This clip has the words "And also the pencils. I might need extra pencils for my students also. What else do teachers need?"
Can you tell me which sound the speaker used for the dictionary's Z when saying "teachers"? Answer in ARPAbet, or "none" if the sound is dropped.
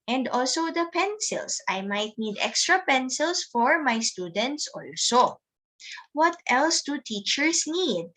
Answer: S